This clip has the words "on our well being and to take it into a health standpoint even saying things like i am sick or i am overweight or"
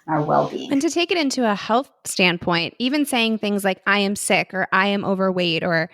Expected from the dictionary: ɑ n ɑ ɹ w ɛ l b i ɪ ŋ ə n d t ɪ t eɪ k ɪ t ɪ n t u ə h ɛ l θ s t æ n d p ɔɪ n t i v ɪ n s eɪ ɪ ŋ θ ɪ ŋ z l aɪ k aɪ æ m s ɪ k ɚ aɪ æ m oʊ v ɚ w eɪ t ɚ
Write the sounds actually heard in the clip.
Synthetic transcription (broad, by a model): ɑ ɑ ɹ w ɛ l b i ɪ ŋ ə n t ɪ t eɪ k ɪ t ɪ n t u ə h ɛ l θ s t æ n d p ɔɪ n t i v ɪ n s eɪ ɪ ŋ θ ɪ ŋ z l aɪ k aɪ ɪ m s ɪ k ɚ aɪ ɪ m oʊ v ɚ w eɪ t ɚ